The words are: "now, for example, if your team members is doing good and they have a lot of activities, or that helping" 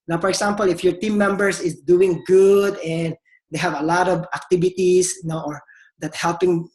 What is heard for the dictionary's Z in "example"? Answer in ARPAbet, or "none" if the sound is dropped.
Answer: S